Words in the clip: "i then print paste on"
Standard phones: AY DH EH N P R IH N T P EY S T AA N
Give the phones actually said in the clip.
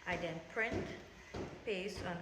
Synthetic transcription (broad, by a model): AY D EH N P R IH N T P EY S AA N